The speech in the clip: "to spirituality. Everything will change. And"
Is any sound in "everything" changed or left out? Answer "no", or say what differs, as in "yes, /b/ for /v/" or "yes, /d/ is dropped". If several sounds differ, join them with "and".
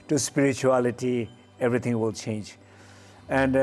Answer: yes, /t/ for /θ/